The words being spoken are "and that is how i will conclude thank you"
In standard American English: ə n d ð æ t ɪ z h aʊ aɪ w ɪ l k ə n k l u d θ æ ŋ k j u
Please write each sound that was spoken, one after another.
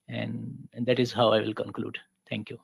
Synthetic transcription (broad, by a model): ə n d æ t ɪ z h aʊ aɪ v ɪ l k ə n k l u d t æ ŋ k j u